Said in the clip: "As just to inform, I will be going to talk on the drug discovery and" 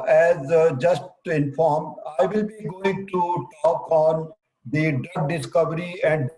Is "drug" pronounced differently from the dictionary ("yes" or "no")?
yes